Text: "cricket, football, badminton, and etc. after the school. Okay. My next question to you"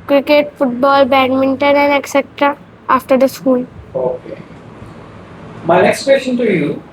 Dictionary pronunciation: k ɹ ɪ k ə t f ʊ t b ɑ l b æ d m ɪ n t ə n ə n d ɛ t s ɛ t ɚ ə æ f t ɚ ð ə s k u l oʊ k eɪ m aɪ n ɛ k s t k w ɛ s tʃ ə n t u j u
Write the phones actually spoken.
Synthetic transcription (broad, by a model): k ɹ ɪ k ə t f ʊ t b ɑ l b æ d m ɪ n t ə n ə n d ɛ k s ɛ t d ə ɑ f t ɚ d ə s k u l oʊ k eɪ m aɪ n ɛ k s t k w ɛ s tʃ ə n t u j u